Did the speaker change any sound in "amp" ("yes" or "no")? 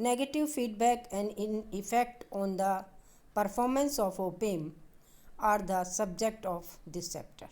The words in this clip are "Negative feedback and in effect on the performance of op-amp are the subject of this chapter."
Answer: yes